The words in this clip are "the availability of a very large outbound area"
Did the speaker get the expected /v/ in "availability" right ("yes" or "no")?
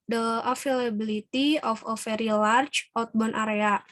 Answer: no